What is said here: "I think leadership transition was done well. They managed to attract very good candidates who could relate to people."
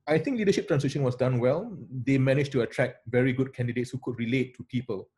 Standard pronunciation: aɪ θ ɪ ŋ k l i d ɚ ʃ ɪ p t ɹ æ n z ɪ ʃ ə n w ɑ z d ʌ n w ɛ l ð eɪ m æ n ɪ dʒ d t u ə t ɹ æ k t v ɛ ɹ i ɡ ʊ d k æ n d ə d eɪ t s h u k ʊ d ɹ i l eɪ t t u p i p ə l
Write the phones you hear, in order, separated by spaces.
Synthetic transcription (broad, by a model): aɪ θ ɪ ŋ k l i d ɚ ʃ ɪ p t ɹ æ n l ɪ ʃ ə n w ɑ s d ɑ n w ɛ l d eɪ m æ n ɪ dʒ t u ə t ɹ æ k v ɛ ɹ i ɡ ʊ d k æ n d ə d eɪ t s h u k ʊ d ɹ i l eɪ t t u p i p ə l